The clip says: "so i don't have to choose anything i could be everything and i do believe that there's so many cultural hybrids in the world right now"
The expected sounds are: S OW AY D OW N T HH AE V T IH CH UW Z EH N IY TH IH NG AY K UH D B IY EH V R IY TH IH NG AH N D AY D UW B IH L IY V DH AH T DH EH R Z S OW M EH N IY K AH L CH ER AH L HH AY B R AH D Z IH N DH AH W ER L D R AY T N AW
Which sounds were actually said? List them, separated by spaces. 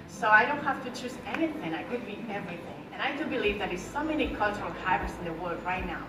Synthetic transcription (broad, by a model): S OW AY D OW N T HH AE F T IH CH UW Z EH N IY TH IH NG AY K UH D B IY EH V R IY TH IH NG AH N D AY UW B IH L IY V DH AH T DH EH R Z S OW M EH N IY K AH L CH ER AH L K AY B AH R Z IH N DH AH W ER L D R AY T N AW